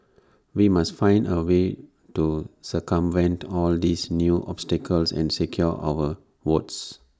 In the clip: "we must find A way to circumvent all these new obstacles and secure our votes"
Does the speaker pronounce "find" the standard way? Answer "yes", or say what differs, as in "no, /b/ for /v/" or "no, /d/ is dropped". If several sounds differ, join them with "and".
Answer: yes